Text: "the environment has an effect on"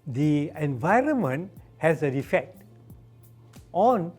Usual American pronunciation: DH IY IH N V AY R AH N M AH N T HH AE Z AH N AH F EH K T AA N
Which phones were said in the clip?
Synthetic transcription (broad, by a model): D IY IH N V AY R AH N M AH N T HH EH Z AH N AH F EH K T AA N